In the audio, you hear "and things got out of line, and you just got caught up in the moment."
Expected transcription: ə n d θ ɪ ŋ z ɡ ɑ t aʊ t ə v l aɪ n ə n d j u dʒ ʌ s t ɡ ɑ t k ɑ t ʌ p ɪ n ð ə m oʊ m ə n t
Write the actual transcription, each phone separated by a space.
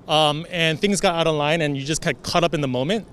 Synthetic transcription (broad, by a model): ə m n θ ɪ ŋ z ɡ ɑ t aʊ t ə v l aɪ n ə n j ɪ dʒ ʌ s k ɑ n k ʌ t ʌ p ɪ n ð ə m oʊ m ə n t